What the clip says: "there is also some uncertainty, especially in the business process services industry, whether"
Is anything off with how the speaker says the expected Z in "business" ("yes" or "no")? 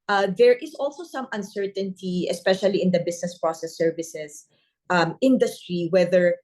yes